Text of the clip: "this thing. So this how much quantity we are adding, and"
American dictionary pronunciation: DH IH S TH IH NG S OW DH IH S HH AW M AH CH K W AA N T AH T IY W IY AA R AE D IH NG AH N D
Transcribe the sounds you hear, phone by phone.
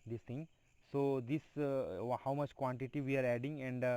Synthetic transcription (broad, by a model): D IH S T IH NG S OW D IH S HH AW M AH CH K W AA N T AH T IY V IY AA R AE D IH NG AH N D